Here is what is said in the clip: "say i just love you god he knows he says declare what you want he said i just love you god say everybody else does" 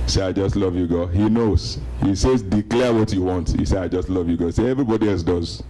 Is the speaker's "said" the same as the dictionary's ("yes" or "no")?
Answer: no